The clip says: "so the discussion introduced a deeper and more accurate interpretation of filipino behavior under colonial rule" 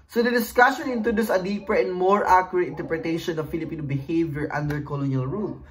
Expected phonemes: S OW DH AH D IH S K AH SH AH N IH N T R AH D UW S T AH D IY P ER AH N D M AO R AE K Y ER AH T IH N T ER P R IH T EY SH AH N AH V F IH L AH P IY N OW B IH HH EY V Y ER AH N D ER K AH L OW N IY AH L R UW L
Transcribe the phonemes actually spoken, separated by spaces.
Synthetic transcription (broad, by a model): S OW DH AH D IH S K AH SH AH N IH N T R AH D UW S AH D IY P ER AH N D M AO R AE K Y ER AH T IH N T ER P R IH T EY SH AH N AH V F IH L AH P IY N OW B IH HH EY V Y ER AH N D ER K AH L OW N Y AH L R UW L